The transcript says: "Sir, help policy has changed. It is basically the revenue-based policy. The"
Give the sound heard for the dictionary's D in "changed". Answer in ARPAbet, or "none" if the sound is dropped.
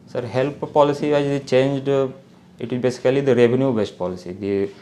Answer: D